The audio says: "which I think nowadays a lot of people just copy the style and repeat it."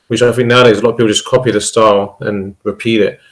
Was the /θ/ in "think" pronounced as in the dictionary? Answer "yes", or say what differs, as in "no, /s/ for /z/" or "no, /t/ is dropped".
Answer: no, /f/ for /θ/